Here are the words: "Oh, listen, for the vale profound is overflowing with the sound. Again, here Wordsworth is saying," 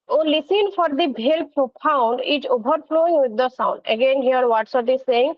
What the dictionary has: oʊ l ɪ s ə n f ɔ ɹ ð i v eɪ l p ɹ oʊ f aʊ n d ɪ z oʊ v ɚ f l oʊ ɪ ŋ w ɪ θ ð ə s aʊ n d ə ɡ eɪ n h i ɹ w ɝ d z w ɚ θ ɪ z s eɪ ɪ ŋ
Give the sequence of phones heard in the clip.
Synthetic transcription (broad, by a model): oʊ l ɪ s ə n f ɔ ɹ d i b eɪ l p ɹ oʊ p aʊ n d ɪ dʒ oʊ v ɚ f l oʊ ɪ ŋ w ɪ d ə s aʊ n d ə ɡ eɪ n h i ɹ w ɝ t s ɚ t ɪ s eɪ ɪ ŋ